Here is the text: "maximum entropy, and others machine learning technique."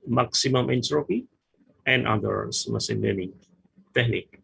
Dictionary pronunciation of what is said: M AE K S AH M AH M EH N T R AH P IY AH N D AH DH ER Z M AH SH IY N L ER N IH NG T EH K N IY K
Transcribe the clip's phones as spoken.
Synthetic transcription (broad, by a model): M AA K S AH M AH M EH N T R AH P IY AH N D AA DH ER S M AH S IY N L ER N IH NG T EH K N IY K